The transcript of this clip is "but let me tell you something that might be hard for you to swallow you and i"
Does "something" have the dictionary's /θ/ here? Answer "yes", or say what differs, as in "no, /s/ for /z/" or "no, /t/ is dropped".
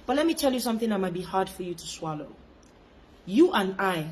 yes